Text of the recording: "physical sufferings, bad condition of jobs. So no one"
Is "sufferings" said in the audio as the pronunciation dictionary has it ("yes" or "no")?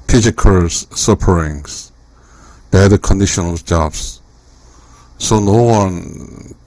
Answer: no